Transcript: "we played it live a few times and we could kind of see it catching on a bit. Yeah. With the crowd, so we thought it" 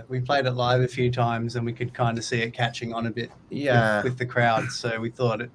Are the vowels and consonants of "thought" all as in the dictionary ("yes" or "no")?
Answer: yes